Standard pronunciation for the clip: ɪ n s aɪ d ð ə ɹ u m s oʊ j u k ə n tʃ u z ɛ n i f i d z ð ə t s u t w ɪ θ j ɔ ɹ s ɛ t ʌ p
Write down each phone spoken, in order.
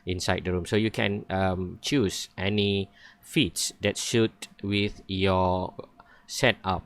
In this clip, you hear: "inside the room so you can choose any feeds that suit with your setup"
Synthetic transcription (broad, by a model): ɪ n s aɪ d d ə ɹ u m s oʊ j u k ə n tʃ u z ɛ n i f i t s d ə t ʃ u t w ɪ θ j ɔ s ɛ t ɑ p